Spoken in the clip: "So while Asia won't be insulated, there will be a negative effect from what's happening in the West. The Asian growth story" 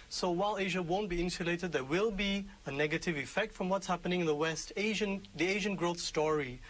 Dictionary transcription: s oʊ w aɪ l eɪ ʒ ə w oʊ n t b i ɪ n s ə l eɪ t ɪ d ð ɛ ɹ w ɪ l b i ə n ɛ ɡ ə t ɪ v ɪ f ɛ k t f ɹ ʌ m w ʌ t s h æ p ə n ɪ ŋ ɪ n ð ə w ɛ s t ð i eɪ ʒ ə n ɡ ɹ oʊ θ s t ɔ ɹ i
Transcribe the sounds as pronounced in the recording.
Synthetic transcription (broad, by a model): s oʊ w aɪ l eɪ ʒ ə w oʊ n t b i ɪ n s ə l eɪ t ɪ d ð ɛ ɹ w ɪ l b i ə n ɛ ɡ ə t ɪ v ɪ f ɛ k t f ɹ ʌ m w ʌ t s h æ p ə n ɪ ŋ ɪ n ð ə w ɛ s t ð i eɪ ʒ ə n ɡ ɹ oʊ θ s t ɔ ɹ i